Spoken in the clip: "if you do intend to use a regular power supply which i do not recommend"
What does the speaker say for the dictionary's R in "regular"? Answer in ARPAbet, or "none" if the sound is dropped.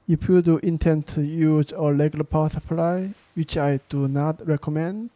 L